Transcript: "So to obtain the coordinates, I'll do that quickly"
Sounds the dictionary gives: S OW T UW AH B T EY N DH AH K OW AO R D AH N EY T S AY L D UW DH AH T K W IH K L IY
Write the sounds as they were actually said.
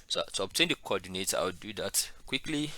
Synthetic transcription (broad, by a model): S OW T UW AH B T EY N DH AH K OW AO D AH N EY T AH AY W D UW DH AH T K W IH K L IY